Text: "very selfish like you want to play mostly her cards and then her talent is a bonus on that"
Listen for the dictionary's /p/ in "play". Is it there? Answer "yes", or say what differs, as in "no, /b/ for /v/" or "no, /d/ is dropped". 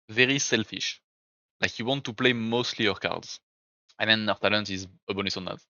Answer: yes